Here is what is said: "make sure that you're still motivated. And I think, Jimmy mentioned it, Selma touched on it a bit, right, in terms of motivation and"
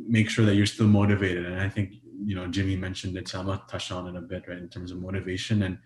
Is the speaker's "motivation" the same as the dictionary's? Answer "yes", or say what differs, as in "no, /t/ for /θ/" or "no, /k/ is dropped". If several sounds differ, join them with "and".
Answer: yes